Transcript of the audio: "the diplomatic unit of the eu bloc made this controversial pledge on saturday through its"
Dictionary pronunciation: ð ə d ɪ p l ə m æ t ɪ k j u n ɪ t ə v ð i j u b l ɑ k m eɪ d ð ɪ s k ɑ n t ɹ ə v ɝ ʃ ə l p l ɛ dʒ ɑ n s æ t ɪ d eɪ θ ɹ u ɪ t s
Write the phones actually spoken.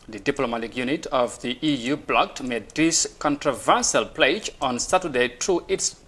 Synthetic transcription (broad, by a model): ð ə d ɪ p l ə m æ t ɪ k j u n ɪ t ə v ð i j u b l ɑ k m eɪ d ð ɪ s k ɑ n t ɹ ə v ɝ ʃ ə l p l ɛ dʒ ɑ n s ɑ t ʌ d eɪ t ɹ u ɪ t s